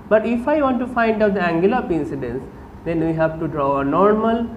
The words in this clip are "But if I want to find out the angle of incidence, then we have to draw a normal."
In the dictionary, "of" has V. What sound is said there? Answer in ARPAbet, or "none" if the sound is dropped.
P